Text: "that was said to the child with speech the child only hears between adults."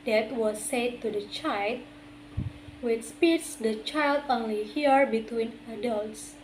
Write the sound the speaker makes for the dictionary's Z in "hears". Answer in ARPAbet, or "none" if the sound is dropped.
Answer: none